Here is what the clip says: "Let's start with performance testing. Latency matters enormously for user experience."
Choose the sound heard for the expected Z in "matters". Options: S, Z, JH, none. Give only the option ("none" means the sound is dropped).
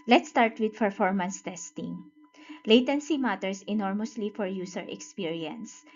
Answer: S